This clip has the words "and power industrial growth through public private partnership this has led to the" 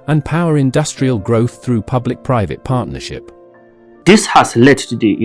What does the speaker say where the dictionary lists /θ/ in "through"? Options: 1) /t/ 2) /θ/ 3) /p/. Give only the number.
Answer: 2